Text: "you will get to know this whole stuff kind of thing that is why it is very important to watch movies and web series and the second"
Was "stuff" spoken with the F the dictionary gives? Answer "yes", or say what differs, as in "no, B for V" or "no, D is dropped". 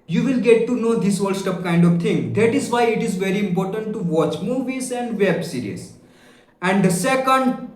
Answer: no, P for F